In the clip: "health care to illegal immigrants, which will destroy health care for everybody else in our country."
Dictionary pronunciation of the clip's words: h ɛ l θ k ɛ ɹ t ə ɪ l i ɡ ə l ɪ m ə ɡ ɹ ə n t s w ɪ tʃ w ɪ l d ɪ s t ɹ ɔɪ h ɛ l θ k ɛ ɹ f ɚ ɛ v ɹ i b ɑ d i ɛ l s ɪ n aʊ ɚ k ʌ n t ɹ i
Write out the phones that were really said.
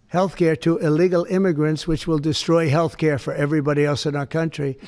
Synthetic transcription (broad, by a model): h ɛ l θ k ɛ ɹ t ə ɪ l i ɡ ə l ɪ m ə ɡ ɹ ə n t s w ɪ tʃ w ɪ l d ɪ s t ɹ ɔɪ h ɛ l θ k ɛ ɹ f ɚ ɛ v ɹ i b ɑ d i ɛ l s ɪ n aʊ ɚ k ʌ n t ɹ i